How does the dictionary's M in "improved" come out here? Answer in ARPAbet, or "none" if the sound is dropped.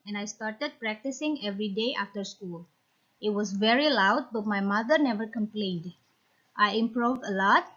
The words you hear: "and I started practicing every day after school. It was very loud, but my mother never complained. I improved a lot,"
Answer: M